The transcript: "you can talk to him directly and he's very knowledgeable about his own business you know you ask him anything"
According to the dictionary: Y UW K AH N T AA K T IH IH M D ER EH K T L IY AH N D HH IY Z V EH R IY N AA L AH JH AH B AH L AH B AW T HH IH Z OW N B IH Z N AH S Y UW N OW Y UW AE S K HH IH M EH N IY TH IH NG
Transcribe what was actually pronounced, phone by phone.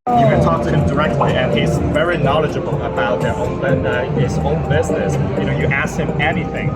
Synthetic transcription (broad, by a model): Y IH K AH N T AA K T IH IH M D ER EH K T L IY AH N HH IY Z V EH R IY N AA L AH JH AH B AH L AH B AW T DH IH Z OW N B IH Z N AH S Y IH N OW Y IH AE S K HH IH M EH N IY TH IH NG